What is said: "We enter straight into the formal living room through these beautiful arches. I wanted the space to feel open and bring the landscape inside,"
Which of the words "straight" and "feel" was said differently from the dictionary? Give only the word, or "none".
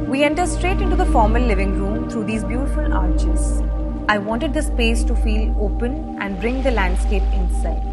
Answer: none